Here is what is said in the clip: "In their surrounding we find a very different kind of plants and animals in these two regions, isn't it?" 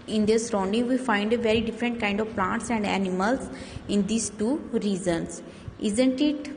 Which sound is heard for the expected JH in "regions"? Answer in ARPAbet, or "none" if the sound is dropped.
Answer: Z